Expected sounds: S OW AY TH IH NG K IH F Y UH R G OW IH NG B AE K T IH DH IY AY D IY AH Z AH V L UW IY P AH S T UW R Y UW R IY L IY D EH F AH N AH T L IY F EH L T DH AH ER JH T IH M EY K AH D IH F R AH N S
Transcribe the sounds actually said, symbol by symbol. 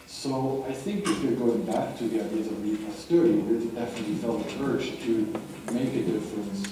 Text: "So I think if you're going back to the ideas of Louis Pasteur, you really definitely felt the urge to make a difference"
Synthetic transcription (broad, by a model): S OW AY TH IH NG K IH F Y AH R G OW IH NG B AE K T IH DH IY AY D IY AH Z AH V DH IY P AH S T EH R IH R IY W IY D EH F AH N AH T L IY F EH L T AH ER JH T IH M EY K AH D IH F R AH N S